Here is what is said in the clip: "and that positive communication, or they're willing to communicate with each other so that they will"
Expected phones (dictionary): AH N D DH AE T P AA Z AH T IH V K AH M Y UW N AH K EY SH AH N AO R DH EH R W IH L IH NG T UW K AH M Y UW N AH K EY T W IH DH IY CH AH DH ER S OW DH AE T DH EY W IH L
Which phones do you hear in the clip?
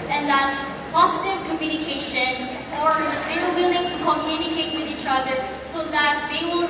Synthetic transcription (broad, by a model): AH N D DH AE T P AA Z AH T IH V K AH M Y UW N AH K EY SH AH N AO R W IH L W IH L IH NG T UW K AH M Y UW N AH K EY T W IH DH IY CH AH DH ER S OW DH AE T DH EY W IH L